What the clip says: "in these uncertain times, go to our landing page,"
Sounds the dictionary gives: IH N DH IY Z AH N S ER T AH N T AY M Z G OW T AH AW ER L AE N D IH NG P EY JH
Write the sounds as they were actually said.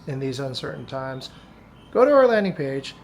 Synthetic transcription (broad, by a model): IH N DH IY Z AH N S ER T N T AY M Z G OW T AH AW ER L AE N D IH NG P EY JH